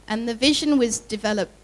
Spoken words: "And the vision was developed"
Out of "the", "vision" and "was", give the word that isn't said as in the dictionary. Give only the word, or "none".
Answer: none